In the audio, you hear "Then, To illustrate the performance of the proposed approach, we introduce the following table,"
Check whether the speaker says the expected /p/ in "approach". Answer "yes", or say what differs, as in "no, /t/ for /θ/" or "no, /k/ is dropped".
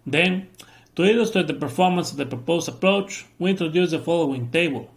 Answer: yes